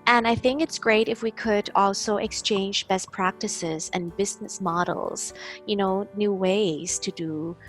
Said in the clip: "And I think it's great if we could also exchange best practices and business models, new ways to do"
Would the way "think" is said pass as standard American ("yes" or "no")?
yes